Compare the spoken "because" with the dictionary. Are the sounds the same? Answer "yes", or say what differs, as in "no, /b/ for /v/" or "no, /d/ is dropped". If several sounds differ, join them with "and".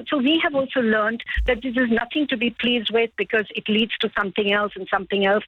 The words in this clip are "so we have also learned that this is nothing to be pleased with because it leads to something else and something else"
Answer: yes